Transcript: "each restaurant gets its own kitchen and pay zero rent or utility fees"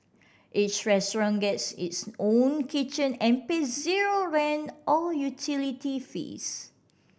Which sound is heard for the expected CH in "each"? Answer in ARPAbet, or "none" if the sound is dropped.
S